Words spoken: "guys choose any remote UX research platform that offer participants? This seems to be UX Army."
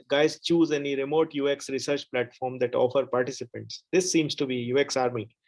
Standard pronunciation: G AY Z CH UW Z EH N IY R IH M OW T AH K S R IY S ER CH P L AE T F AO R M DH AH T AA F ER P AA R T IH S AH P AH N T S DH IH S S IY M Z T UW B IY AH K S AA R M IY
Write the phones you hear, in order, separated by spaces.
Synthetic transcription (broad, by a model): G AY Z CH UW Z EH N IY R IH M OW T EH K S R IY S ER CH P L AE T F AO R M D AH T AA F ER P AA R T IH S AH P AH N T S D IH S S IY M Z T UW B IY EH K S AA R M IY